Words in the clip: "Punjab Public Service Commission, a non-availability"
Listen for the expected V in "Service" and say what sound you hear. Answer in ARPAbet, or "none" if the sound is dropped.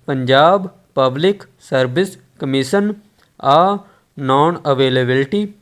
B